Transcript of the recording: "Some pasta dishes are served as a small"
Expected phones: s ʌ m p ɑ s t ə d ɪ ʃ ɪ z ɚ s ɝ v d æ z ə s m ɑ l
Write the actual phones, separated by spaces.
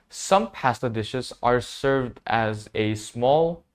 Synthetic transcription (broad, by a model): s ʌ m p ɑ s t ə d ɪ ʃ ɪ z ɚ s ɝ v d æ z ə s m ɑ l